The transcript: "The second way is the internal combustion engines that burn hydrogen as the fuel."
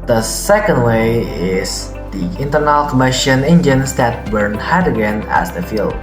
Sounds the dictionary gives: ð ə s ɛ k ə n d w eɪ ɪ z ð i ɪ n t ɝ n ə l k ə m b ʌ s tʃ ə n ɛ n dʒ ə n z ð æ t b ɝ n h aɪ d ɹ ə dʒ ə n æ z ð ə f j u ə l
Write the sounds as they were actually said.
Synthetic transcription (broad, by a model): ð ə s ɛ k ə n d w eɪ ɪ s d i ɪ n t ɝ n ə l k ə m ɪ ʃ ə n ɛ n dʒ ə n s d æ t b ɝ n h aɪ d ə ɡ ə n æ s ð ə f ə l